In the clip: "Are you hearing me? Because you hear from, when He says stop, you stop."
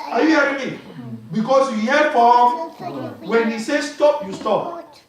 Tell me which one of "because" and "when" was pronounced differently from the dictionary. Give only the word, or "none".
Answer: because